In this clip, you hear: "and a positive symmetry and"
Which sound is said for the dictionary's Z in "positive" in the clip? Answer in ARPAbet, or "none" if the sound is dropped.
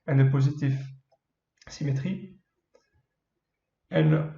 Z